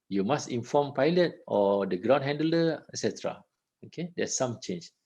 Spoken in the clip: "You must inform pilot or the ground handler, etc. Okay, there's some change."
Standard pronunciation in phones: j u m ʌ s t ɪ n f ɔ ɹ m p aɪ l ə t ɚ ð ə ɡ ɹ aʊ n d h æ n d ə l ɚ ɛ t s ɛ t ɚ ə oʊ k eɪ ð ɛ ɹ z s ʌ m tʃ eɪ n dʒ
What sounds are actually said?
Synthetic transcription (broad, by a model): j u m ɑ s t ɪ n f ɔ m p aɪ l ə t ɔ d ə ɡ ɹ aʊ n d h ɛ n d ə l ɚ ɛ s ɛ t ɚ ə oʊ k eɪ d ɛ s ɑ m tʃ eɪ n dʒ